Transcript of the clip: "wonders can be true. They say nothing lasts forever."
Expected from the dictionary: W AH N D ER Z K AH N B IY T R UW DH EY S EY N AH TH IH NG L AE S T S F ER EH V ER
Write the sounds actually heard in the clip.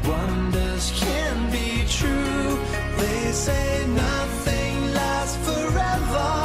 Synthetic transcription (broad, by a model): W AH N D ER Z K AH N B IY T R UW DH EY S EY N AH TH IH NG L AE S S F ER EH V ER